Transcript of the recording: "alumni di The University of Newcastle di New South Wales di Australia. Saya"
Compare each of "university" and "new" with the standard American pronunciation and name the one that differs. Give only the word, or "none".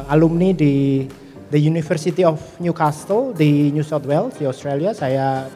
university